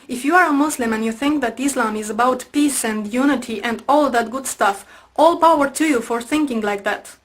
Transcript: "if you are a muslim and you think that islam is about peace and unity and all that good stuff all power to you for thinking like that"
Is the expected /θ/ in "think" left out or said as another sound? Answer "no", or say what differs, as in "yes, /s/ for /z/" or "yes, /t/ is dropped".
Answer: no